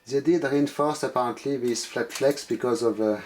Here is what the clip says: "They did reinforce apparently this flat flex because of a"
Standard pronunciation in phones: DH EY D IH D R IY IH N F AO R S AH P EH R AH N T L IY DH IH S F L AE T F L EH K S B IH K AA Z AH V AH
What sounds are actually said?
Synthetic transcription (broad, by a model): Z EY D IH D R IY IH N F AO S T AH P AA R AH N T L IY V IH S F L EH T F L EH K S B IH K AA Z AH V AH